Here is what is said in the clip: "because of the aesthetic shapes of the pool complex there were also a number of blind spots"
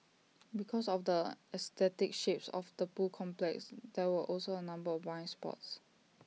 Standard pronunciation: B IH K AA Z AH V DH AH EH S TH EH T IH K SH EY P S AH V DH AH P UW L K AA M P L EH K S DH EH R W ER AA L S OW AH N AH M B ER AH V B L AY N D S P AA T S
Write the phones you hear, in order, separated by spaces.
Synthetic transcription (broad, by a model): B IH K AA S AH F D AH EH S T EH T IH K SH EY P S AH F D AH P UW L K AA M P L EH K S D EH W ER AA L S OW AH N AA M B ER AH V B AY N S P AA T S